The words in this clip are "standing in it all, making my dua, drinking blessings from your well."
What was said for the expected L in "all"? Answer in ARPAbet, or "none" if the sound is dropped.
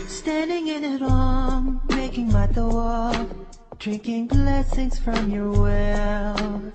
N